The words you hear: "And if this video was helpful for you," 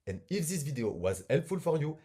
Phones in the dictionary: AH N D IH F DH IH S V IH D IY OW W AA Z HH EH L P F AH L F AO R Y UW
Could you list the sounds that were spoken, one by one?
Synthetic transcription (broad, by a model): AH N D IH F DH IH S V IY D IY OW W AA Z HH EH L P F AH L F AO R Y UW